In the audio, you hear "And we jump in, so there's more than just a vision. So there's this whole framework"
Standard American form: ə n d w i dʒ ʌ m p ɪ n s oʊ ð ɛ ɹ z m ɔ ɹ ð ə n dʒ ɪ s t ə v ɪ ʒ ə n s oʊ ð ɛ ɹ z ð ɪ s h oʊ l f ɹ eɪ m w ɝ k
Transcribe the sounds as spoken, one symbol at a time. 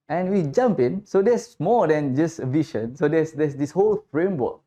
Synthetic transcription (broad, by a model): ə n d w i dʒ ʌ m p ɪ n s oʊ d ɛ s m ɔ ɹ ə n dʒ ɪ s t ə v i ʃ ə n s oʊ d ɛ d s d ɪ s h oʊ l f ɹ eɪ m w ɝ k